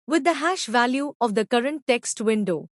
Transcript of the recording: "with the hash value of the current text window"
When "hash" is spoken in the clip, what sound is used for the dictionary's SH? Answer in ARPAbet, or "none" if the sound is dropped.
SH